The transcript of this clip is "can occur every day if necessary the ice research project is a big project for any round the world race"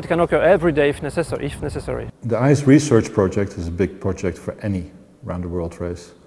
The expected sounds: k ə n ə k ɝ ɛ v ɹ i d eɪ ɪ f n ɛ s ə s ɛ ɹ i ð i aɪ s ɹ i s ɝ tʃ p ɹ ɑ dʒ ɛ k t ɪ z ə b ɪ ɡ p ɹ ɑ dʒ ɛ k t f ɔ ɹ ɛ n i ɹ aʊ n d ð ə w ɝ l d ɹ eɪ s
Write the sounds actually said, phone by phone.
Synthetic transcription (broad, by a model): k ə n ə k ɝ ɛ v ɹ i d eɪ ɪ f n ɛ s ə s ɛ ɹ i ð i aɪ s ɹ i s ɝ tʃ p ɹ ɑ dʒ ɛ k t ɪ z ə b ɪ ɡ p ɹ ɑ dʒ ɛ k t f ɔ ɹ ɛ n i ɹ aʊ n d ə w ɝ l d ɹ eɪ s